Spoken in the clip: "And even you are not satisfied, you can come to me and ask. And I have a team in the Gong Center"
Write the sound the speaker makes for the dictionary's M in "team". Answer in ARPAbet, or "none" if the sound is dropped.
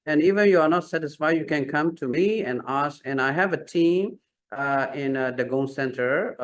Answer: M